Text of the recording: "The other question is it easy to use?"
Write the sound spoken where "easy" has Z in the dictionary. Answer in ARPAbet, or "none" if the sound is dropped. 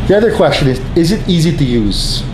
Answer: Z